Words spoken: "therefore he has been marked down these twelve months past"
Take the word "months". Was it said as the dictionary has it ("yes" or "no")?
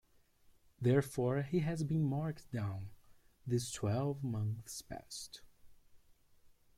yes